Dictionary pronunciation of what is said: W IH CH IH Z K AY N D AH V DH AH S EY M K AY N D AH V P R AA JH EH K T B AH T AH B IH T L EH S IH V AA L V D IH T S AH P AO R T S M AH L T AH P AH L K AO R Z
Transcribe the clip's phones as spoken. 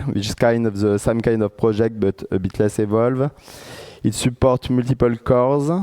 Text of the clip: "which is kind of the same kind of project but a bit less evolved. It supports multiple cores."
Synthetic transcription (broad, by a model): W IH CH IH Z K AY N D AH V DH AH S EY M K AY N D AH V P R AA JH EH K T B AH T AH B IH T L EH S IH V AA L V IH T S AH P AO R T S M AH L T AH P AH L K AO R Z